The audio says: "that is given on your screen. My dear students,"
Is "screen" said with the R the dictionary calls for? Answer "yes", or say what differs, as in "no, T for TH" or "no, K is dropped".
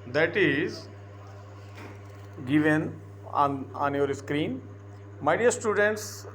yes